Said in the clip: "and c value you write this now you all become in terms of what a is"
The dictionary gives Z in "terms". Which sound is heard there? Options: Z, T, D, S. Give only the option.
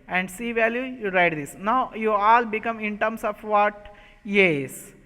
S